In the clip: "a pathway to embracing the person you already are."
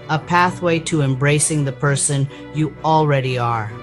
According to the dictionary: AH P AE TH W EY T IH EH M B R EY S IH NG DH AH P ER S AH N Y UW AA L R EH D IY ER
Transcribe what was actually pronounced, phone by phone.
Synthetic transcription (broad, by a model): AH P AE TH W EY T IH EH M B R EY S IH NG DH AH P ER S AH N Y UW AA L R EH D IY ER